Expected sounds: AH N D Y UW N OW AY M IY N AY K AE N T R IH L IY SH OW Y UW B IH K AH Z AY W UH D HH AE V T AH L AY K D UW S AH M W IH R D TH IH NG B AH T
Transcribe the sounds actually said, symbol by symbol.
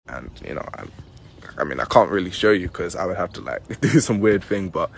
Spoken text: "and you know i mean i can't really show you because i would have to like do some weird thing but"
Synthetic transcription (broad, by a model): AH N Y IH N OW AY M IY N AY K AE N T R IH L IY SH OW Y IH K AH Z AY W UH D HH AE F T AH L AY K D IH S AH M W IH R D TH IH NG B AH T